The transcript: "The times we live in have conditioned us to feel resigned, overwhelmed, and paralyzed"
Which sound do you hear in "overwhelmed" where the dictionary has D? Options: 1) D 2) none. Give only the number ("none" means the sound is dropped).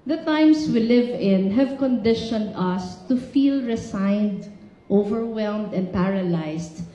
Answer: 1